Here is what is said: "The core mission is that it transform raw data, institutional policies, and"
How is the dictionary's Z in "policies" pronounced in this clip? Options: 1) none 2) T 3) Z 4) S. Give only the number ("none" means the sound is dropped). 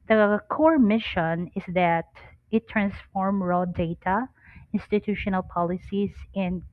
4